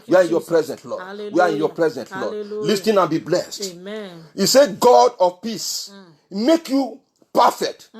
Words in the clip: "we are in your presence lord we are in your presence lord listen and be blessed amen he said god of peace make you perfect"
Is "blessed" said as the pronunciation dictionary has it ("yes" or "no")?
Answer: yes